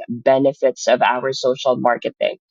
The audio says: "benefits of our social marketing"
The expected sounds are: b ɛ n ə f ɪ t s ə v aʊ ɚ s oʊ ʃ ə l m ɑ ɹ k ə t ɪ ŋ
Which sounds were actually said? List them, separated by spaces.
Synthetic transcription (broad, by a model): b ɛ n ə f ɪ t s ə v aʊ ɚ s oʊ ʃ l m ɑ ɹ k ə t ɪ ŋ